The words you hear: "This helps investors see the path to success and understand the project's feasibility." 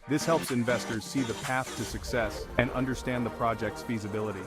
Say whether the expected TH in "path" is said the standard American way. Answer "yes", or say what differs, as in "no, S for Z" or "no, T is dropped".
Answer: yes